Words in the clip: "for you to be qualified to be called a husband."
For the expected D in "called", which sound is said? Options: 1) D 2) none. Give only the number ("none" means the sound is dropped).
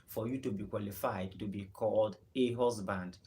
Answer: 1